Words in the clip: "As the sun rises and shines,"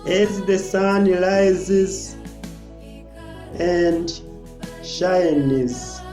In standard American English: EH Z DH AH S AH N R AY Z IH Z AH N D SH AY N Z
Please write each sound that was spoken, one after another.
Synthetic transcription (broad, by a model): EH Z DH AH S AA N L AY Z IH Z AH N D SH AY N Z